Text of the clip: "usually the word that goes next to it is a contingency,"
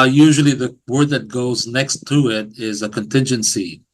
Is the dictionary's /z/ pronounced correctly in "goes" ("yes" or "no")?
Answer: yes